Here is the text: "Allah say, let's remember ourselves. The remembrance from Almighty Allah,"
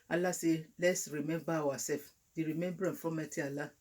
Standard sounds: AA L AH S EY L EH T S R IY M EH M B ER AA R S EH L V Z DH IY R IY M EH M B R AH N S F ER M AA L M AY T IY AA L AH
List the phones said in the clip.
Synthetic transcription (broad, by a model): AA L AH S EY L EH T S R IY M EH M B AA W S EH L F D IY R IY M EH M B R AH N F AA M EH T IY AA L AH